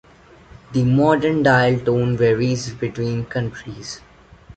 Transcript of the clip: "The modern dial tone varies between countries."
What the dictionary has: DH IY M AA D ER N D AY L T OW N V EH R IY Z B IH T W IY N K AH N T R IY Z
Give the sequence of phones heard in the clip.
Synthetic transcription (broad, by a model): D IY M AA D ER N D AY L T OW N V EH R IY Z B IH T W IY N K AH N T R IY Z